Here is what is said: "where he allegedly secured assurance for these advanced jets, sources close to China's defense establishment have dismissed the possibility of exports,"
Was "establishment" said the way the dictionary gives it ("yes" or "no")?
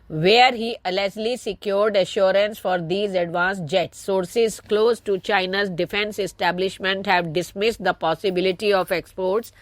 yes